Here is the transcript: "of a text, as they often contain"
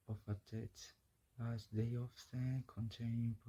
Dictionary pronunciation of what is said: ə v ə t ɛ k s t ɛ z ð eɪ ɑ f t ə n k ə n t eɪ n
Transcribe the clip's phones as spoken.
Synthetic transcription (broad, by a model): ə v ə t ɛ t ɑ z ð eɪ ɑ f s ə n k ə n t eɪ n